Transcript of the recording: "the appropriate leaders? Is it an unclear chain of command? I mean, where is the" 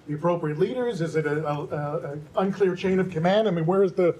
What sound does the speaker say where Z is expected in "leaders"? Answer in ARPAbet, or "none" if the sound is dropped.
Z